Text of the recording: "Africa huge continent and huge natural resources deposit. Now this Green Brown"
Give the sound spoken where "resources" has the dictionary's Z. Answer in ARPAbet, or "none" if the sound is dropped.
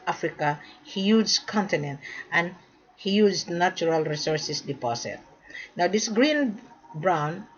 S